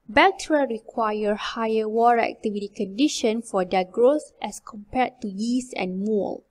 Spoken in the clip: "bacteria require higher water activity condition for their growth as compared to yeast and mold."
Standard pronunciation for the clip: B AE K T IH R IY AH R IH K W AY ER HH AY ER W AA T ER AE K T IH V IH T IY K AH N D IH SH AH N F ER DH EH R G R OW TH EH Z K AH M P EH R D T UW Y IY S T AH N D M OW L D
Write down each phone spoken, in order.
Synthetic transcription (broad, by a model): B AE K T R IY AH R IH K W AY ER HH AY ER W AA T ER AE K T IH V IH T IY K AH N D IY SH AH N F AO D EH G R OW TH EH S K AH M P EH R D T UW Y IY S AH N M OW L